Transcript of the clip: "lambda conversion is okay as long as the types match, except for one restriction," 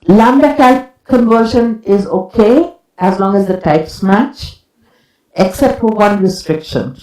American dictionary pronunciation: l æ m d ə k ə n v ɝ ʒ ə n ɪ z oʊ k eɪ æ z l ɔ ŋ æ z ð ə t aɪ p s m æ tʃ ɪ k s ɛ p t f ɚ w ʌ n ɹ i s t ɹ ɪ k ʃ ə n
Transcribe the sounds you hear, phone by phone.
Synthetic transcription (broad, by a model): l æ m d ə k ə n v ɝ ʃ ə n ɪ z oʊ k eɪ æ z l ɔ ŋ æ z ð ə t aɪ p s m æ tʃ ɪ k s ɛ p t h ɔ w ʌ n ɹ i s t ɹ ɪ k ʃ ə n